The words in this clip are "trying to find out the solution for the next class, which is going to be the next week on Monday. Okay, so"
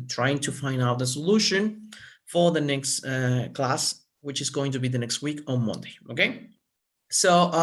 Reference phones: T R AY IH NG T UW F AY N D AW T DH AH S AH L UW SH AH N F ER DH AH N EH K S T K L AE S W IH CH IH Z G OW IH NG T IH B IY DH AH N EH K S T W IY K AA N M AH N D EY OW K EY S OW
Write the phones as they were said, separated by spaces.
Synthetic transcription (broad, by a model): T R AY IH NG T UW F AY N D AW T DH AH S AH L UW SH AH N F ER DH AH N EH K S T K L AE S W IH CH IH Z G OW IH NG T IH B IY DH AH N EH K S T W IY K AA N M AH N D EY OW K EY S OW